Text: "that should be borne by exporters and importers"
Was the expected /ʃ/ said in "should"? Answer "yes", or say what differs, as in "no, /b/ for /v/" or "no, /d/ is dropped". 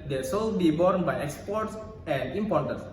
no, /s/ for /ʃ/